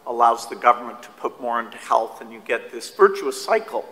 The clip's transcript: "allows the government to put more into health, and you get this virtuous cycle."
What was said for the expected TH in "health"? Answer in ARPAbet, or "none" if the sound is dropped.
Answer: TH